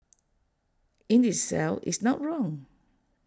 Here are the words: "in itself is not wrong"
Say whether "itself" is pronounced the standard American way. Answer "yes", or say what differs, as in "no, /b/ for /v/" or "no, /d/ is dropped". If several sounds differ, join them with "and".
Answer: no, /f/ is dropped